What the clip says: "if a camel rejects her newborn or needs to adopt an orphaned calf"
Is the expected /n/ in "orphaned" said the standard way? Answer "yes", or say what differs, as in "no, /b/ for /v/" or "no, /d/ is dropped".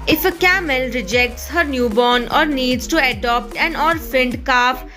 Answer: yes